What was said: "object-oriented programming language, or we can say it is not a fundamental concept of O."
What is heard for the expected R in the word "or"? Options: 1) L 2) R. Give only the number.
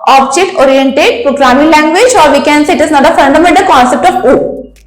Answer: 2